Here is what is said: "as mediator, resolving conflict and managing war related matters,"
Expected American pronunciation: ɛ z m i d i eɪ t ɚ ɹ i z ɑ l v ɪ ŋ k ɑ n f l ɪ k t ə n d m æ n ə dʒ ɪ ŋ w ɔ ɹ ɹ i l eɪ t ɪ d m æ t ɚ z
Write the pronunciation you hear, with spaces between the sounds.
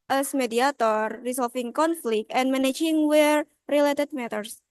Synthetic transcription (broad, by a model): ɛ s m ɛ d i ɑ t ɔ ɹ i s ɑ l f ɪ ŋ k ɑ n f l ɪ k t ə n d m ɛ n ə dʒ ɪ ŋ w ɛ ɹ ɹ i l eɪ t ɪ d m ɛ t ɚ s